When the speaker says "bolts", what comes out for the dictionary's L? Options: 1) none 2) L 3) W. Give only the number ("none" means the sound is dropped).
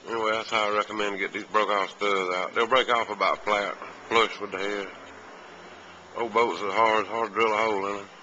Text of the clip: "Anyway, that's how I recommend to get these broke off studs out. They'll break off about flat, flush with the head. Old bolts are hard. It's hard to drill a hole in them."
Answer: 1